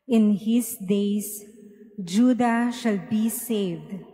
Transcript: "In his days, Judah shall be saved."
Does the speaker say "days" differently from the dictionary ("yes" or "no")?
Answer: yes